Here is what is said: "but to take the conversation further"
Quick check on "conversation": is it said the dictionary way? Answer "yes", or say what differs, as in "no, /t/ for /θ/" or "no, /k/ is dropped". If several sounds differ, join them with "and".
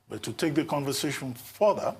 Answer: yes